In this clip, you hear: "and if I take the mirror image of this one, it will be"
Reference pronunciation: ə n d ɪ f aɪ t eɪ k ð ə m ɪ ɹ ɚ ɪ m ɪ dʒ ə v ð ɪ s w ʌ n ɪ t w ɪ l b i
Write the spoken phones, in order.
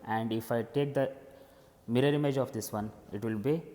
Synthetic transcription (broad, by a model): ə n d ɪ f aɪ t eɪ k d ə m ɪ ɹ ɚ ɪ m ɪ dʒ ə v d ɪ s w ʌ n ɪ t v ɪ l b i